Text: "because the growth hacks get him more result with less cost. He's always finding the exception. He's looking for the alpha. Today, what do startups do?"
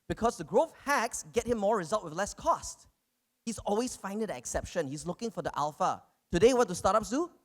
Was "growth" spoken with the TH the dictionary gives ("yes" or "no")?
no